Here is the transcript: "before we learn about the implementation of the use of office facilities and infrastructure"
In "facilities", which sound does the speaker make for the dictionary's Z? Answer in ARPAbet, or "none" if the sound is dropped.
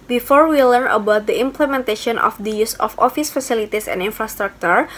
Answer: S